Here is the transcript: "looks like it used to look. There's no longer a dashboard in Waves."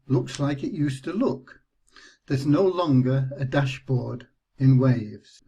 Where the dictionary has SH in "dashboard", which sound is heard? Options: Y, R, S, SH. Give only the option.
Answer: SH